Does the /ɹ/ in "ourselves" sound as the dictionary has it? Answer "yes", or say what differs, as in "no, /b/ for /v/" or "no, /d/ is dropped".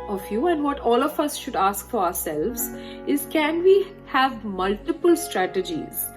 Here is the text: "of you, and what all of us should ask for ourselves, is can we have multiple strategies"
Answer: yes